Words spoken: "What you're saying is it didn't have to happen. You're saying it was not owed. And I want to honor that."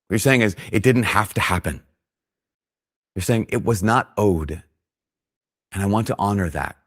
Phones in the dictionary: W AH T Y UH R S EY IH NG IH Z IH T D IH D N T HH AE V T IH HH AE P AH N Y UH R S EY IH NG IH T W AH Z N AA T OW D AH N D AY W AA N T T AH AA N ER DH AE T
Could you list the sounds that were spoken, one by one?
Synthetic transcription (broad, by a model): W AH R S EY IH NG IH Z IH T D IH D N T HH AE F T IH HH AE P AH N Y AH R S EY IH NG IH T W AH Z N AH T OW D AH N AY W AA N T T AA N ER DH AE T